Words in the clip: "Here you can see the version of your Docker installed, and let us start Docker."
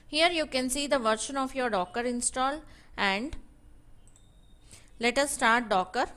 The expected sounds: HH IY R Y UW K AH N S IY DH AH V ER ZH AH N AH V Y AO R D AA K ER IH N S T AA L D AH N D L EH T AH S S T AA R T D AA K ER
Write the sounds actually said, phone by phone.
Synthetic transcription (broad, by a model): HH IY R Y UW K AH N S IY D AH V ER SH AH N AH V Y AO R D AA K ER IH N S T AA L AH N D L EH T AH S S T AA R T D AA K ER